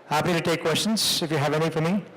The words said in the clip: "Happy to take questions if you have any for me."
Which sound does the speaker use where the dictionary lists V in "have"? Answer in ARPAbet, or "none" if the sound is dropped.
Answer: V